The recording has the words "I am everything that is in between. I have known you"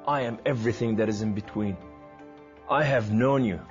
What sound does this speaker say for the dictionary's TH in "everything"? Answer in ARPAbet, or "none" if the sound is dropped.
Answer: TH